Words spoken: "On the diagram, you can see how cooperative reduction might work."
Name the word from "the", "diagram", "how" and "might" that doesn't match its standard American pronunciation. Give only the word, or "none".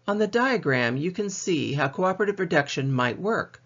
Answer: none